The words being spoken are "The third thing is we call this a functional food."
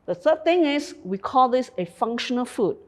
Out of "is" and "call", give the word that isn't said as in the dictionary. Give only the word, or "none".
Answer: is